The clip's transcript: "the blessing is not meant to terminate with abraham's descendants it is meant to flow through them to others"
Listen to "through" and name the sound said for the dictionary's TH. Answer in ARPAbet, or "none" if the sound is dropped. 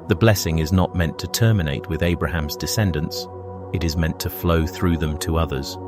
TH